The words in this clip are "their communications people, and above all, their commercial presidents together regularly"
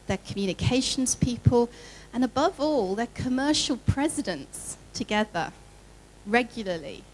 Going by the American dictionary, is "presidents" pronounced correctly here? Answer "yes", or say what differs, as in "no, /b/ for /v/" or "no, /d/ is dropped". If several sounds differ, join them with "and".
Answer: yes